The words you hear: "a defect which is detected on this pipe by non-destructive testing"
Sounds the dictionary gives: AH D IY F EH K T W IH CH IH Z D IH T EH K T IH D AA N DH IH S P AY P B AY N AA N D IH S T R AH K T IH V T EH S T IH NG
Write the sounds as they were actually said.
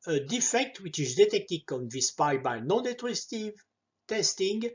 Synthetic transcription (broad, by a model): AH D IY F EH K T W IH CH IH Z D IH T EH K T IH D AA N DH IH S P AY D B AY N AA N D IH T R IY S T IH V T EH S T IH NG